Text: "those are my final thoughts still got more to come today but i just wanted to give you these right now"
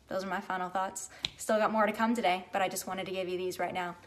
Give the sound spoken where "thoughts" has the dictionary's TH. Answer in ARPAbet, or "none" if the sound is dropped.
TH